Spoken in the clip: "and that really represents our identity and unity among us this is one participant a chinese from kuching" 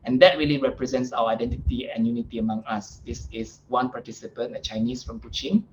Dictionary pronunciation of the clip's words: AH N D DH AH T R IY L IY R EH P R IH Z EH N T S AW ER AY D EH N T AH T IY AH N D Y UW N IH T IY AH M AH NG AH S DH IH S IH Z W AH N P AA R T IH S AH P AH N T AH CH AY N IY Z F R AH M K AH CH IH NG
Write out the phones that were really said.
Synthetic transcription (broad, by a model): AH N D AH T R IY L IY R EH P R IH Z EH N T S AW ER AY D EH N T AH T IY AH N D Y UW N IH T IY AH M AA NG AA S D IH S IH S W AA N P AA T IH S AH P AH N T AH CH AY N IY S F R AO M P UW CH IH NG